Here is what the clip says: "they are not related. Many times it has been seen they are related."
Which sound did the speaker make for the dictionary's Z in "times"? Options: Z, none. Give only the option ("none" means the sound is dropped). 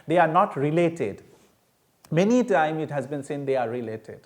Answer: none